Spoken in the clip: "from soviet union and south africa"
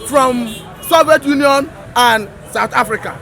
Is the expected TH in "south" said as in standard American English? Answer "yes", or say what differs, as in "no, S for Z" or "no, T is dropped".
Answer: no, T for TH